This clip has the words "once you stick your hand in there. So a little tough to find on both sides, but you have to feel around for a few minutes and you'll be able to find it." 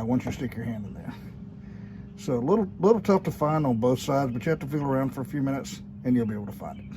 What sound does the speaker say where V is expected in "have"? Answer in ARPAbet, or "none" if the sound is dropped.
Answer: F